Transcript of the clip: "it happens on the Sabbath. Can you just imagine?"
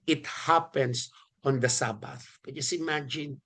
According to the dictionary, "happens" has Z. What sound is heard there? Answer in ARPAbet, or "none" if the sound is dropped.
S